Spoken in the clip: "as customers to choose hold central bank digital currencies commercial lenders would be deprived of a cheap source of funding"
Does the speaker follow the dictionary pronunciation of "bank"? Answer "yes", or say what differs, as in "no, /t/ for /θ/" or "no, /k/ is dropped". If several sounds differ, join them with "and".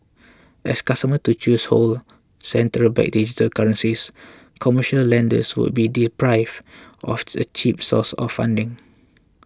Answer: no, /ŋ/ is dropped